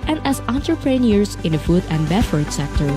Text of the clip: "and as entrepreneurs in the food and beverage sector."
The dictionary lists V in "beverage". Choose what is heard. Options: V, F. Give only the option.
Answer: F